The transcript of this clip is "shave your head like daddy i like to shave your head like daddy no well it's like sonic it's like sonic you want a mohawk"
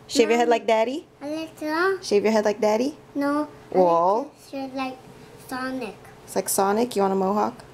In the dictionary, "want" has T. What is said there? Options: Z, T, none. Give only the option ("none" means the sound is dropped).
none